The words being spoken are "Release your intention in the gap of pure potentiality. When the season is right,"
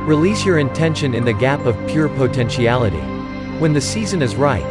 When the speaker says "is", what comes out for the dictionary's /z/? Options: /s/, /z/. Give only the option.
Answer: /z/